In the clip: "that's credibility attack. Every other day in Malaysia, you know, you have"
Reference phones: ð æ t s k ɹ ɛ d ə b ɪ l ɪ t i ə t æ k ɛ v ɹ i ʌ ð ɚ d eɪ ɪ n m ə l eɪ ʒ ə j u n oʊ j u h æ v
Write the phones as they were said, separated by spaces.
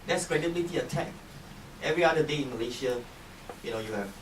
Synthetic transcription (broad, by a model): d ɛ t s k ɹ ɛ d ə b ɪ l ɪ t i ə t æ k ɛ v ɹ i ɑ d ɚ d eɪ ɪ n m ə l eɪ ʃ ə j u n oʊ j u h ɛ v